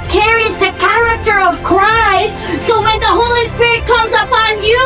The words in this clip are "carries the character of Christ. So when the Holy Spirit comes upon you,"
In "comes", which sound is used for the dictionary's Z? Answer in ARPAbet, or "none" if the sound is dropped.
Z